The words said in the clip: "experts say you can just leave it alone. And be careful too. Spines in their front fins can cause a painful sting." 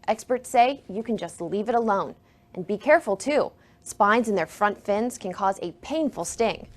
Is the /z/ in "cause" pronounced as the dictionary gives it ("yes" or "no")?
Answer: yes